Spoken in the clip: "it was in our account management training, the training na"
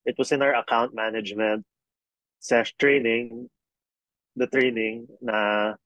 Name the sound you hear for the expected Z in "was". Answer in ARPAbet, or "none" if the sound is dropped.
S